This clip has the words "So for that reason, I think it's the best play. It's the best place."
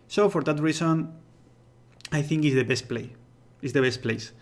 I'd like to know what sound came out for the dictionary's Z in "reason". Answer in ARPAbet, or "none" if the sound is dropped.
S